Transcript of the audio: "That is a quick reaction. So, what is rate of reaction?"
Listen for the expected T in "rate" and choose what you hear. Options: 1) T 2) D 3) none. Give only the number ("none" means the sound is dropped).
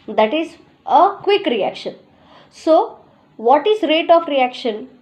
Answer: 1